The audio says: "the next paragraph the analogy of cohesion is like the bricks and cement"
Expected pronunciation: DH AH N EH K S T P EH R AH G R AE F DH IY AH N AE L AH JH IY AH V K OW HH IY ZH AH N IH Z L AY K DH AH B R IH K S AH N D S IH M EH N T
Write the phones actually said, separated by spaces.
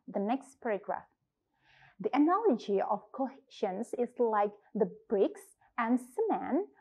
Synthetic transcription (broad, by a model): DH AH N EH K S T P EH R AH G R AE F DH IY AH N AE L AH JH IY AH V K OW HH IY SH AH N IH Z L AY K DH AH B R IH K S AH N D S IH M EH N